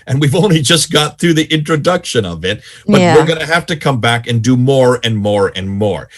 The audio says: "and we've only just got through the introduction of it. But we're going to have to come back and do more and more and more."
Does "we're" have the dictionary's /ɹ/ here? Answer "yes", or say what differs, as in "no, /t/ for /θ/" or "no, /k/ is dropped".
yes